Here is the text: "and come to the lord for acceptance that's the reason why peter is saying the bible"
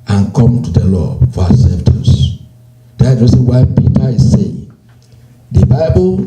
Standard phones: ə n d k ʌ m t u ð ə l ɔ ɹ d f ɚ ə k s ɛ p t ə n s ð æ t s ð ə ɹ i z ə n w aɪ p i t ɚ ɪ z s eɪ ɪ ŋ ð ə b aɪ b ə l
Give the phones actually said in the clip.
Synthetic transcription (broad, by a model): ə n k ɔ m t u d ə l ɔ f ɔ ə s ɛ f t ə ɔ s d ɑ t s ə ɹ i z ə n w aɪ p i t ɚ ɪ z s eɪ ɪ ŋ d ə b aɪ b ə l